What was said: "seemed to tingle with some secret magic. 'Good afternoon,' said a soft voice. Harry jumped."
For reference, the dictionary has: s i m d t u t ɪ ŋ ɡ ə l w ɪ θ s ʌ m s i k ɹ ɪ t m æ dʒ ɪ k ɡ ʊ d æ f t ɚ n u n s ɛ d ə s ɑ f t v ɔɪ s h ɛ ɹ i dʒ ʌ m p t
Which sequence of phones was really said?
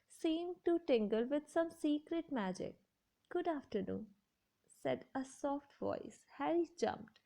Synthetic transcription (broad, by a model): s i m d t u t ɪ ŋ ɡ ə l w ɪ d s ʌ m s i k ɹ ɪ t m æ dʒ ɪ k ɡ ʊ d æ f t ɚ n u n s ɛ d ə s ɑ f t v ɔɪ s h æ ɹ i dʒ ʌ m p t